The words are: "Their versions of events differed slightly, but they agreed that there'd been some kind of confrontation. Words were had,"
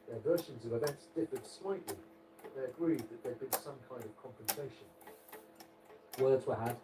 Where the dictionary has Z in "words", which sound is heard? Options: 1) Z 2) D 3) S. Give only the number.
1